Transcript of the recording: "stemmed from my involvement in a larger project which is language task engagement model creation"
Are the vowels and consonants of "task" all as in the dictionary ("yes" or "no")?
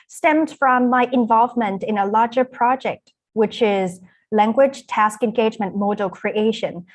yes